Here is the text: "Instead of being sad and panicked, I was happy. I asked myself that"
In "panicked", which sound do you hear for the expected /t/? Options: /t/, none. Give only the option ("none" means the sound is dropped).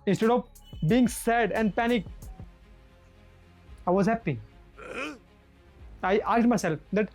none